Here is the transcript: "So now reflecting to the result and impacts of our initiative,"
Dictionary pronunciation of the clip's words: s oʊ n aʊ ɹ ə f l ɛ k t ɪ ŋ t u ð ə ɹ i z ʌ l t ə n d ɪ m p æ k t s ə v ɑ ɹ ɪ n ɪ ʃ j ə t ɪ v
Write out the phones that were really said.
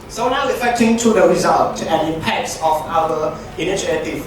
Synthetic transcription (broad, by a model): s oʊ n aʊ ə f ɛ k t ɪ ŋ t u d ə ɹ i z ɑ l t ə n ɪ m p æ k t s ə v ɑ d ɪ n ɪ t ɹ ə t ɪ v